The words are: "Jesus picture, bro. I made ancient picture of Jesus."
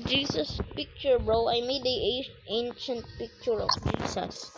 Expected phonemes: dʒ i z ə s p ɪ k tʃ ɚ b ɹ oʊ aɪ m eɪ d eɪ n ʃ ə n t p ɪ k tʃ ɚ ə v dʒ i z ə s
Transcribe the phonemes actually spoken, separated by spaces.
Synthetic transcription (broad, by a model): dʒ i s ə s p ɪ k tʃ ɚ b ɹ oʊ aɪ m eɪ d eɪ n ʃ ə n t p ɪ k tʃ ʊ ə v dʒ i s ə s